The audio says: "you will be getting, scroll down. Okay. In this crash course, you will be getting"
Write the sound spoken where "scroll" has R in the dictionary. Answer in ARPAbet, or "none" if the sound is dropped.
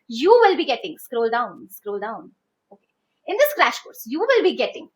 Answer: R